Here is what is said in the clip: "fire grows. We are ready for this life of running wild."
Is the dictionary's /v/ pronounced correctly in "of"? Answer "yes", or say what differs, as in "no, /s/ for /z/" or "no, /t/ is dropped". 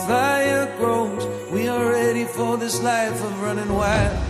yes